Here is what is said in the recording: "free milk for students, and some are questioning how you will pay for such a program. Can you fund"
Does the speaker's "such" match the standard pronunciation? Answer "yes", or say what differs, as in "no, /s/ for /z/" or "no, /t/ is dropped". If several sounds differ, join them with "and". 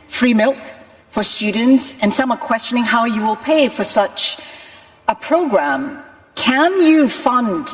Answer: yes